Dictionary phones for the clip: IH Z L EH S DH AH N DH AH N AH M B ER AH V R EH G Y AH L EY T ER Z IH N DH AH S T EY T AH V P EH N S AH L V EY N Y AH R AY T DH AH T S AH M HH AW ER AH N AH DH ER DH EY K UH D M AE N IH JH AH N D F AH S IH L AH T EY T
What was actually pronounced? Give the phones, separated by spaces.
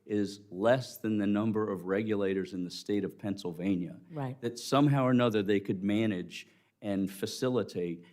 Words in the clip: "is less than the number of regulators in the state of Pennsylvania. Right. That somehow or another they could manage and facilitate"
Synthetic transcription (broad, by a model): IH Z L EH S DH AH N DH AH N AH M B ER AH V R EH G Y AH L EY T ER Z IH N DH AH S T EY T AH V P EH N S L V EY N Y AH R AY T DH AH T S AH M HH AW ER AH N AH DH ER DH EY K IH D M AE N IH JH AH N F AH S IH L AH T EY T